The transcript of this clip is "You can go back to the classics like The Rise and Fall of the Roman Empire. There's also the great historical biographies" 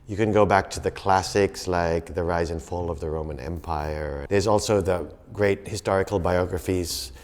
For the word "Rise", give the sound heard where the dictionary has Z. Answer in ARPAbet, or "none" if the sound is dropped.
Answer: Z